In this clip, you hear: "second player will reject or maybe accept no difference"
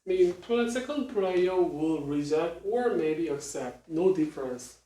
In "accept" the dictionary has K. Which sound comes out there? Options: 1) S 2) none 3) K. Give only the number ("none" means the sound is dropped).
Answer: 3